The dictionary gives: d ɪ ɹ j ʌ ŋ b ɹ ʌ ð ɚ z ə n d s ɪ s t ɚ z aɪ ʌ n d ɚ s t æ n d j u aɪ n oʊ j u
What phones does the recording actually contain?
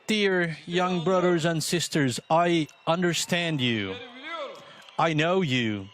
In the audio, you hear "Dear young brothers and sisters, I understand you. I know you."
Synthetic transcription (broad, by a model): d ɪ ɹ j ʌ ŋ b ɹ ʌ ð ɚ z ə n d s ɪ s t ɚ z aɪ ʌ n d ɚ s t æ n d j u aɪ n oʊ j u